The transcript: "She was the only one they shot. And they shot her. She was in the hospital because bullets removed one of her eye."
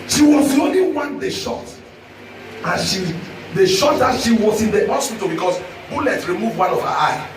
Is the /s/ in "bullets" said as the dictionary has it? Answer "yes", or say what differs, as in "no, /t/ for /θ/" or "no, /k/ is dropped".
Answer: no, /s/ is dropped